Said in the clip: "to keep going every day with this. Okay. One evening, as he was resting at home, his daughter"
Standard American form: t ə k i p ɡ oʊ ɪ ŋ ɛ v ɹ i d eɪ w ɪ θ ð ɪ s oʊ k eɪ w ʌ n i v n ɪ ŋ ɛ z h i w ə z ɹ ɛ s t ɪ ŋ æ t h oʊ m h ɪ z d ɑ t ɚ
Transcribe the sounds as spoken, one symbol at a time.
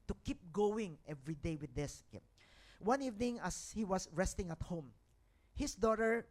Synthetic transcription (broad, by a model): t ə k i p ɡ oʊ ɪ ŋ ɛ v ɹ i d eɪ w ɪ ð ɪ s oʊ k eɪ w ʌ n i v n ɪ ŋ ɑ s h i w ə s ɹ ɛ s t ɪ ŋ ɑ t h oʊ m h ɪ s d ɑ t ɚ